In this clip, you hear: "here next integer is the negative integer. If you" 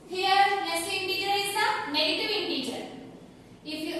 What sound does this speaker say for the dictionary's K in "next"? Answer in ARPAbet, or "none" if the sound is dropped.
none